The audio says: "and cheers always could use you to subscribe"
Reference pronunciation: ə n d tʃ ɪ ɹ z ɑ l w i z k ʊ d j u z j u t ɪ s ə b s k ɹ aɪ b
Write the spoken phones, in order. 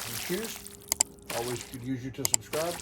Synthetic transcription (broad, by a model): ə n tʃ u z ɑ l w i z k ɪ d j u z j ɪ t ɪ s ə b s k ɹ aɪ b